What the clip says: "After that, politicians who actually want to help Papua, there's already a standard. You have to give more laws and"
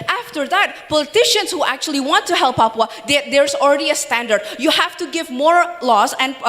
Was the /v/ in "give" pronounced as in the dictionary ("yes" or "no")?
yes